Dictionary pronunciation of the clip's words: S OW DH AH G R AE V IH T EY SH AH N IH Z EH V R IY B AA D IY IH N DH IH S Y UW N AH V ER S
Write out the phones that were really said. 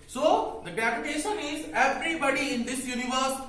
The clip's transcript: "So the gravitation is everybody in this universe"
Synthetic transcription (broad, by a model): S OW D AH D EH P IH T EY SH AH N IH Z EH V R IY B AA D IY IH N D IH S Y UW N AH V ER S